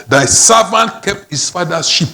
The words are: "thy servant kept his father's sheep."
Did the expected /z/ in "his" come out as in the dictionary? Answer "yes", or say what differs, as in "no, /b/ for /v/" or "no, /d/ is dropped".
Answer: no, /s/ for /z/